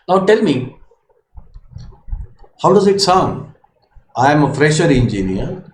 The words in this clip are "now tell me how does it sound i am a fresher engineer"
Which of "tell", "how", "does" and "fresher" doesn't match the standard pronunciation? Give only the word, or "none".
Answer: none